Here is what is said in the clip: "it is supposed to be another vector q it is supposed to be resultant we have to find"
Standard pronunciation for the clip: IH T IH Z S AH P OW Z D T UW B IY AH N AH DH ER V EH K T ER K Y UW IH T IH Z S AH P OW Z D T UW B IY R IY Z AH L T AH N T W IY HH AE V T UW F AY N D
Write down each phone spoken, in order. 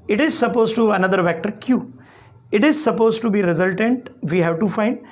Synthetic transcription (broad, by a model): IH T IH Z S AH P OW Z T UW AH N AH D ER V EH K T ER K Y UW IH T IH Z S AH P OW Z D T UW B IY R IY Z AH L T AH N T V IY HH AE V T UW F AY N D